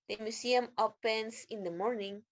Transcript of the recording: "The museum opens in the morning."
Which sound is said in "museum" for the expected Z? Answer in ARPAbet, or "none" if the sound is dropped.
S